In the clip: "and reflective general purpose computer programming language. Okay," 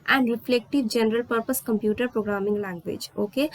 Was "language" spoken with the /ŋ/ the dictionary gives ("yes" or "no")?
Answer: no